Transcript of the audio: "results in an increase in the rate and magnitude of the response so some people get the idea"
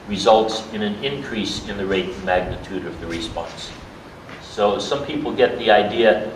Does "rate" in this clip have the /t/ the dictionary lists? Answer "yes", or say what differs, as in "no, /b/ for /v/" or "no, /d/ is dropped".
no, /t/ is dropped